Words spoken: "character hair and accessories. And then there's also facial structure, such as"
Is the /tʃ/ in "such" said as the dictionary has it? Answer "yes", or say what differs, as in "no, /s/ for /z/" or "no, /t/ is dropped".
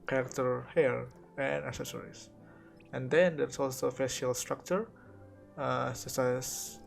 no, /s/ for /tʃ/